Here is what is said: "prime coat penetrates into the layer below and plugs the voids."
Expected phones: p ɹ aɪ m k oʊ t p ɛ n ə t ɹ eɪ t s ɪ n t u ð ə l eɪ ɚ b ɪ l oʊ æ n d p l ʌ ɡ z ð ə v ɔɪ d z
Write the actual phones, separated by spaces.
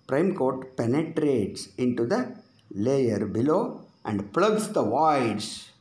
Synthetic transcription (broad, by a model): p ɹ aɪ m k oʊ t p ɛ n ə t ɹ eɪ t s ɪ n t u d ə l eɪ ɚ b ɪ l oʊ æ n d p l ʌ ɡ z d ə v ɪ d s